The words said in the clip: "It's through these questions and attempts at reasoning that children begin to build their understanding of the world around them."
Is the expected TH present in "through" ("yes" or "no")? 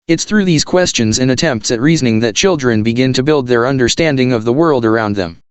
yes